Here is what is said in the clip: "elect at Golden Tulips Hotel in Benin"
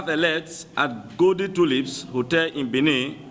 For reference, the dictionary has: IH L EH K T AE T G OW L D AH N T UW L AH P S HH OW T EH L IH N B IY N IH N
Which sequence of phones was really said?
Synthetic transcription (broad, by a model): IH L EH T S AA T G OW D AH T UW L AH P S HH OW T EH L IH N B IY N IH